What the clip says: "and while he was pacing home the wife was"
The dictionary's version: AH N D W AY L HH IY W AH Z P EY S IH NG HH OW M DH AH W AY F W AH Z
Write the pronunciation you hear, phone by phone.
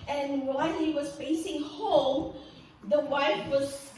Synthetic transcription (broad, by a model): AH N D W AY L HH IY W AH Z F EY S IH NG HH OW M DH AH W AY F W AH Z